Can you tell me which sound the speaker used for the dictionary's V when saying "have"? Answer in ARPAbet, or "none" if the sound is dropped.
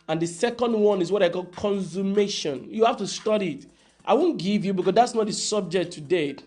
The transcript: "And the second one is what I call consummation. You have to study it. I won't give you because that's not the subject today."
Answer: F